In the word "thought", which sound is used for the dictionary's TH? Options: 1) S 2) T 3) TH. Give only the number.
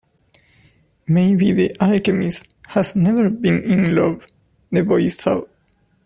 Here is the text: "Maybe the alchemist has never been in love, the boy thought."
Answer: 1